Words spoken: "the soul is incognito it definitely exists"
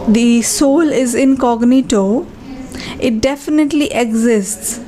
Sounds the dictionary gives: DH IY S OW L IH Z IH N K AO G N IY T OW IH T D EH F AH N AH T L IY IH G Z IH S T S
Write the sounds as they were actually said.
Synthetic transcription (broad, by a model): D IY S OW L IH Z IH N K AO G N IY T OW IH T D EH F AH N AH T L IY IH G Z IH S T S